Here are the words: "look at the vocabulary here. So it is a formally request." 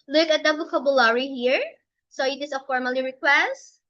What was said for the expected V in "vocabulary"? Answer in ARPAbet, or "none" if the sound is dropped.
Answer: B